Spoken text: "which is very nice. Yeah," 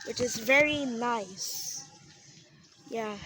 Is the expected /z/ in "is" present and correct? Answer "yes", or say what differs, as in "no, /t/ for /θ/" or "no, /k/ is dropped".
yes